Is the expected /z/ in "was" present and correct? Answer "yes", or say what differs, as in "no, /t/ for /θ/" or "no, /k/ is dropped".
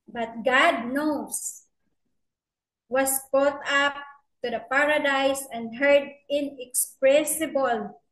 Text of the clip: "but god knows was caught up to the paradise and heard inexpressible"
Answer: no, /s/ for /z/